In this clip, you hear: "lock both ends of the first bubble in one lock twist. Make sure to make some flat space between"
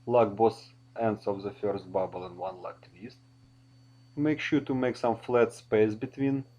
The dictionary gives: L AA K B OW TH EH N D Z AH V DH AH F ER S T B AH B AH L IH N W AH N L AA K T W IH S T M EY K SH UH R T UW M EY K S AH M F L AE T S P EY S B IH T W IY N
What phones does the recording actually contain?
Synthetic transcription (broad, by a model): L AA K B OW S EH N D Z AH V DH AH F ER S T B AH B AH L IH N W AH N L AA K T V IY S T M EY K SH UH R T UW M EY K S AH M F L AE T S P EY S B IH T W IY N